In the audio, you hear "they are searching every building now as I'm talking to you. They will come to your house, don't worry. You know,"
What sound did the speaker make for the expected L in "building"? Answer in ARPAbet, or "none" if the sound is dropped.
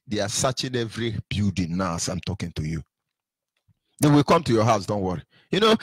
none